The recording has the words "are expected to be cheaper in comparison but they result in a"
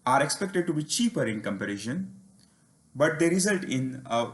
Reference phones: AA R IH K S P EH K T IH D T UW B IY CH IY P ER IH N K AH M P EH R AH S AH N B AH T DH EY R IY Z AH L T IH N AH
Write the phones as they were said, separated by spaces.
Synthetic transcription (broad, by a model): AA R IH K S P EH K T IH D T UW B IY CH IY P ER IH N K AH M P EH R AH SH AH N B AH T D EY R IY Z AH L T IH N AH